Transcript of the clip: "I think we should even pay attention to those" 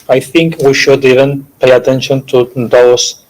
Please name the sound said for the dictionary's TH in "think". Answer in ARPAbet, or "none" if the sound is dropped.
TH